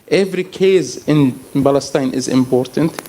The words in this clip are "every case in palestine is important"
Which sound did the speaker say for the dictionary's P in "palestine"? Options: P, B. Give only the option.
B